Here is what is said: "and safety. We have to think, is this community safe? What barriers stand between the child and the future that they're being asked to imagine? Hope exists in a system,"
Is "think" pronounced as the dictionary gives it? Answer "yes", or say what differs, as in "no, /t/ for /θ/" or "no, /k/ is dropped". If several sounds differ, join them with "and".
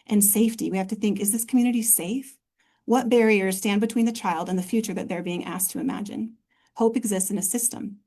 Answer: yes